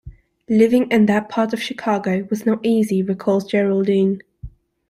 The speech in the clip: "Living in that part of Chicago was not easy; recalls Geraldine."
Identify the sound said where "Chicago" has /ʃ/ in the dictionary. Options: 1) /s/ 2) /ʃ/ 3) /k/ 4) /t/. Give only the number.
2